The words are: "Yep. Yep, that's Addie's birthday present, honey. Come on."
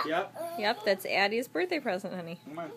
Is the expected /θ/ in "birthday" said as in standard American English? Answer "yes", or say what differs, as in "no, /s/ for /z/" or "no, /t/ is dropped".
yes